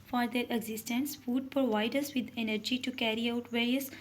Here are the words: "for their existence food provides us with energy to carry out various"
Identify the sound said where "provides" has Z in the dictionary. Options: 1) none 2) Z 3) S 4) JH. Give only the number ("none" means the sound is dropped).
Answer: 1